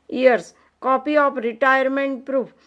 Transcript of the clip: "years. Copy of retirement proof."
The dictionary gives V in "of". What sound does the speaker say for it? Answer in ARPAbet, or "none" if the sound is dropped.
P